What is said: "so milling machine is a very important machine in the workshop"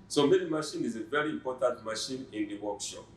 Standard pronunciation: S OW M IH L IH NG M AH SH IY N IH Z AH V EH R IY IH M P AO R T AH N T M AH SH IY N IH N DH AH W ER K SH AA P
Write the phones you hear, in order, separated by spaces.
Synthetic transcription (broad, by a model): S OW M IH N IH M AH SH IY N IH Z AH V EH R IY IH M P AO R T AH N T M AH SH IY N IH N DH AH W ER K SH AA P